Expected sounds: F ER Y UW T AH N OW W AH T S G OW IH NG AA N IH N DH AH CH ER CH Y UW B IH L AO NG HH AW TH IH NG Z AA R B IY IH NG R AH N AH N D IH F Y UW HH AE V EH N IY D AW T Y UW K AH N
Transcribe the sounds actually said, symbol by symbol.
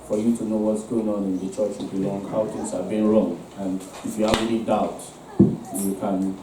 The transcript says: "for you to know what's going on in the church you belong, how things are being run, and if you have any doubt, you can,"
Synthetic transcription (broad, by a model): F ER Y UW T AH N OW W AH T S G OW IH NG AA N IH N DH AH CH ER CH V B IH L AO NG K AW T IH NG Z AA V B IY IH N R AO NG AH N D IH F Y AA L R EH L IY D AW T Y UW K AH N